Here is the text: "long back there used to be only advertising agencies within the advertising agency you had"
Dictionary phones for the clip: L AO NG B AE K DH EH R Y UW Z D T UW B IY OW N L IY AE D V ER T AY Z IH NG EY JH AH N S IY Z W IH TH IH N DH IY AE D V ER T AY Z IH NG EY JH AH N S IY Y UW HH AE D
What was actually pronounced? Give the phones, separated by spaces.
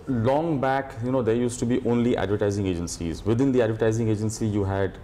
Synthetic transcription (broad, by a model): L AO NG B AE K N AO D Y UW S T UW B IY OW N L IY AE D V ER T AY Z IH NG EY JH AH N S IY Z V IH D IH N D IY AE D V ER T AY Z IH NG EY JH AH N S IY Y UW HH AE D